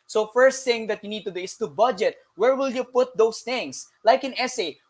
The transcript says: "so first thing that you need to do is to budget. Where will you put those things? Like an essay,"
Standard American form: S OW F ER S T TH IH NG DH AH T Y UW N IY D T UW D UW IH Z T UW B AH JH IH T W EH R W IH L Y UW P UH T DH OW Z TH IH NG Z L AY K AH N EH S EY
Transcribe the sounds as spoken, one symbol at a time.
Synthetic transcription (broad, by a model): S OW F ER S T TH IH NG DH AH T Y UW N IY D T UW D UW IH S T UW B AH JH IH T W EH R W IH L Y UW P UH T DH OW S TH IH NG S L AY K AH N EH S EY